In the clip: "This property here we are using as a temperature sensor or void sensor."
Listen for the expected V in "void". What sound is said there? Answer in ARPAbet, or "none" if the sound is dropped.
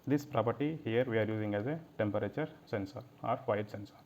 F